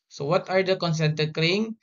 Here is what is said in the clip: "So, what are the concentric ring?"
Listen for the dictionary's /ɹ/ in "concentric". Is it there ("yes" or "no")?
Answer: no